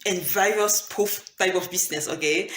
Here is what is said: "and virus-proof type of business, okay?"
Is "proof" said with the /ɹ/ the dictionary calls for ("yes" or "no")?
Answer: no